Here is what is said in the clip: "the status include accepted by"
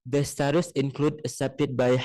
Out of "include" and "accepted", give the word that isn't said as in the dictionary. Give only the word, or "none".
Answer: accepted